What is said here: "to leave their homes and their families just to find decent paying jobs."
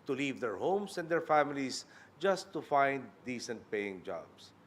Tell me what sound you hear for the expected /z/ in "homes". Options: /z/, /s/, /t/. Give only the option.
/s/